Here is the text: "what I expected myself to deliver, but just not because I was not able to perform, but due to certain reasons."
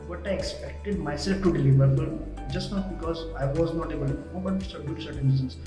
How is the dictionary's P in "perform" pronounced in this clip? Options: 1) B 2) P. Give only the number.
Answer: 1